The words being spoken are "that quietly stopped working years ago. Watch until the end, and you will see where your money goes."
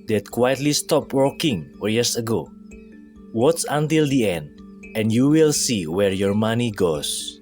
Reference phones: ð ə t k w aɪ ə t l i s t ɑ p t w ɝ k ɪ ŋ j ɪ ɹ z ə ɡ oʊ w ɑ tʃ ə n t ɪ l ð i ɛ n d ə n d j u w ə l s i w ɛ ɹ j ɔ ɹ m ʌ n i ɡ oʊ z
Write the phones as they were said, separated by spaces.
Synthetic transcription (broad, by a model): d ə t k w aɪ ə t l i s t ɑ p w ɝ k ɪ ŋ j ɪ ɹ s ə ɡ oʊ w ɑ s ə n t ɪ l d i ɛ n d ə n d j u w ə l s i w ɛ ɹ j ɔ ɹ m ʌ n i ɡ oʊ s